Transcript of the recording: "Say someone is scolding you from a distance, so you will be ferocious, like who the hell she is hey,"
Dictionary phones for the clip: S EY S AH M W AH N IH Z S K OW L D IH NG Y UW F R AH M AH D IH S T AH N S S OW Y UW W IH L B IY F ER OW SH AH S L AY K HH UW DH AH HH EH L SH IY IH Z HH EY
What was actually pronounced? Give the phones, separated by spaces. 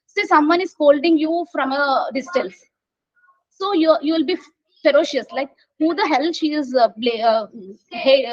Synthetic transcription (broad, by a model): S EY S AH M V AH N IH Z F OW L D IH NG Y UW F R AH M AH D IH S T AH L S S OW Y UW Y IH L B IY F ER OW SH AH S L AY K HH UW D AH HH EH L SH IY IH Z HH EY